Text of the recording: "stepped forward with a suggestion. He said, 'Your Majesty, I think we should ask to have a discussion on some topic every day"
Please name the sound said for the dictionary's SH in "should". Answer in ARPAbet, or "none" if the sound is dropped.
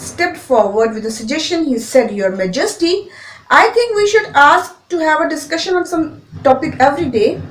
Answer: SH